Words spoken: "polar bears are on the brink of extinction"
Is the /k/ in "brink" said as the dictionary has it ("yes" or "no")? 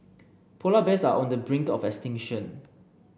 yes